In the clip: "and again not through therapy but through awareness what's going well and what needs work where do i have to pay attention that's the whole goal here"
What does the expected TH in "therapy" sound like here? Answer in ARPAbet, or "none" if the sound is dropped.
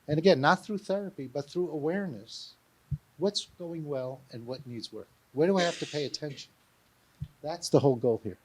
TH